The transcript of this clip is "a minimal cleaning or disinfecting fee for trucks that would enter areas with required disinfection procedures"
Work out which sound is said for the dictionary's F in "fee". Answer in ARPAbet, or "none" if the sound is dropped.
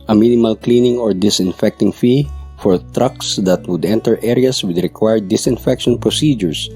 F